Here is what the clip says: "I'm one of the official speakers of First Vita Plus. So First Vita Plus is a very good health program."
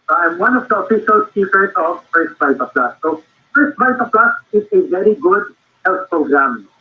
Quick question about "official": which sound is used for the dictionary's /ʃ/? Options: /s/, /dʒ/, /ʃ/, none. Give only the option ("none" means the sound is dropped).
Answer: /s/